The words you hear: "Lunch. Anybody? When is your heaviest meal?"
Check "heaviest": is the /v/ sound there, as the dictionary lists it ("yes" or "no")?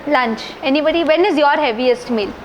yes